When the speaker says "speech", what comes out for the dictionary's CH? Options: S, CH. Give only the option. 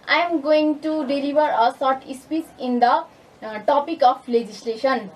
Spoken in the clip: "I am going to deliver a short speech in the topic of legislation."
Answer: S